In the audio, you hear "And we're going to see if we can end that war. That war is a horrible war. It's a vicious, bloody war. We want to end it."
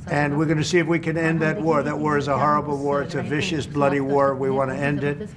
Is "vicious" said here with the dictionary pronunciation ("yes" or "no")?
yes